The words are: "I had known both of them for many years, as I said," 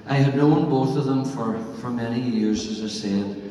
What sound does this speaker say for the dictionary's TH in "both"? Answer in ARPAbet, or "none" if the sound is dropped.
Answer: TH